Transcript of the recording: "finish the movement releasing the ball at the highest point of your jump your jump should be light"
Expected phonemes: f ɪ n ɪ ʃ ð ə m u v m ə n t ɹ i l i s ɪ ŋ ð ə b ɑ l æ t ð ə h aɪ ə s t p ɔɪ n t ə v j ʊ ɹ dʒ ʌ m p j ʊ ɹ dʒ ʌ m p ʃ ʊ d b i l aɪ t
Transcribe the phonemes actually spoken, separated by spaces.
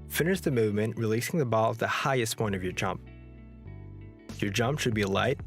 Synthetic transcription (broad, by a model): f ɪ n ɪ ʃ ð ə m u v m ə n t ɹ i l i s ɪ ŋ ð ə b ɑ l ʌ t ð ə h aɪ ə s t p ɔɪ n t ə v j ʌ ɹ dʒ ʌ m p j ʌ ɹ dʒ ʌ m p ʃ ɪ d b i l aɪ t